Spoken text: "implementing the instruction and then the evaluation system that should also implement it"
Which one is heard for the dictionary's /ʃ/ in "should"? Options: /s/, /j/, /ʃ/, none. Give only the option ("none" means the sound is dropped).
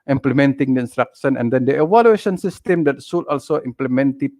/s/